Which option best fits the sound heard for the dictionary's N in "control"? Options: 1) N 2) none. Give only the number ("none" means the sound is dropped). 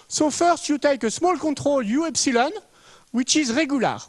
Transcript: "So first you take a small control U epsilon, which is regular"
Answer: 2